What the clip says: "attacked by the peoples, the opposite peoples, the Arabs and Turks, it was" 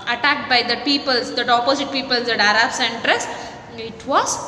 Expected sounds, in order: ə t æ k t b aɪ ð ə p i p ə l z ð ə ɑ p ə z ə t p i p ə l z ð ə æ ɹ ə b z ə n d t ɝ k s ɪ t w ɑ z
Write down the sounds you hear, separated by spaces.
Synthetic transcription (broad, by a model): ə t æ k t b aɪ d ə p i p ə l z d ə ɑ p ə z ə t p i p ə l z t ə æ ɹ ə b s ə n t t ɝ s ɪ t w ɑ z